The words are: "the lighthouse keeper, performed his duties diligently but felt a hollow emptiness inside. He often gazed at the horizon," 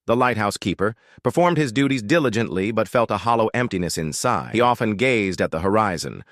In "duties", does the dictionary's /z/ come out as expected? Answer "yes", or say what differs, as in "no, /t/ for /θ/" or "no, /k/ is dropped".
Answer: yes